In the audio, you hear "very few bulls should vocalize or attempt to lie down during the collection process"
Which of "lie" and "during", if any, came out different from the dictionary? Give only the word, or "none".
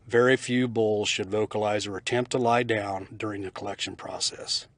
none